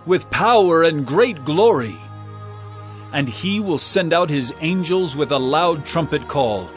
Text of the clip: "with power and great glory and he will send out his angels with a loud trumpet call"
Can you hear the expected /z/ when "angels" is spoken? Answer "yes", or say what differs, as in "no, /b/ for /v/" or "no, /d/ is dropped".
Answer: yes